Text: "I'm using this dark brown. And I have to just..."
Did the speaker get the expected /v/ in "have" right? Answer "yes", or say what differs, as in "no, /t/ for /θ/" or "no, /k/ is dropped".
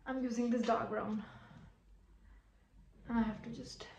no, /f/ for /v/